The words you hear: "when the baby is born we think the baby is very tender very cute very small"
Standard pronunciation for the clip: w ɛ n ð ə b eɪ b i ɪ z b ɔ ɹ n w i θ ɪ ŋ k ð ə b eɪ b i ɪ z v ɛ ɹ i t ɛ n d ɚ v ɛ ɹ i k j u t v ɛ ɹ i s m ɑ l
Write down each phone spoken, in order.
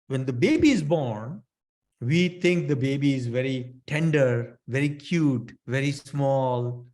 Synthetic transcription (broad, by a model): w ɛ n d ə b eɪ b i ɪ z b ɔ ɹ n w i t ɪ ŋ k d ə b eɪ b i ɪ z v ɛ ɹ i t ɛ n d ɚ v ɛ ɹ i k j u t v ɛ ɹ i s m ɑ l